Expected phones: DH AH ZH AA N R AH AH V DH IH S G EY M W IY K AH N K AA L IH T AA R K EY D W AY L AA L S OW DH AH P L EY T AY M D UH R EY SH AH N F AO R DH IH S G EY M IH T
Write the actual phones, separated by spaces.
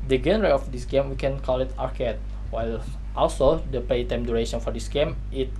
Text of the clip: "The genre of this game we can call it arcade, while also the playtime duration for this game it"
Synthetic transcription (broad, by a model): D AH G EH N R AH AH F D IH S G EY M W IY K AH N K AA L IH T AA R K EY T W AY L AA L S OW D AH P EY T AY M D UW R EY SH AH N F AO R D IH S G EY M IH T